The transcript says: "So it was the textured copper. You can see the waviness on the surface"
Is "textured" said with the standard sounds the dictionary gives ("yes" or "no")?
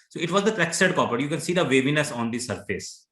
no